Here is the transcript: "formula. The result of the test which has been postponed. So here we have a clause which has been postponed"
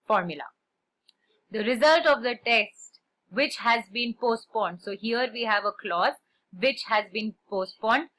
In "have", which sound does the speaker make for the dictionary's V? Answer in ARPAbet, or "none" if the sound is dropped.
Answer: V